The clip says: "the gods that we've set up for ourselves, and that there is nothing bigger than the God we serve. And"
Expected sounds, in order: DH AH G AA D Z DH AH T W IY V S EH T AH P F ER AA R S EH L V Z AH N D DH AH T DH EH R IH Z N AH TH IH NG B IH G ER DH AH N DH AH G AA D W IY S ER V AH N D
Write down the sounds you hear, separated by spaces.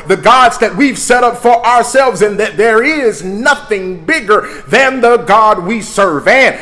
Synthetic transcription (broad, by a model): DH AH G AA D Z DH AH T W IY V S EH T AH P F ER AA R S EH L V Z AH N DH AH T DH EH R IH Z N AH TH IH NG B IH G ER DH AH N DH AH G AA D W IY S ER V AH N